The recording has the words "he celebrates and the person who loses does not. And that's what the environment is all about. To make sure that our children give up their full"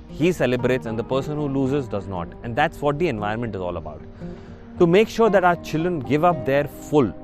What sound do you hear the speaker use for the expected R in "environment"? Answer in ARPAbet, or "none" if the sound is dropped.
none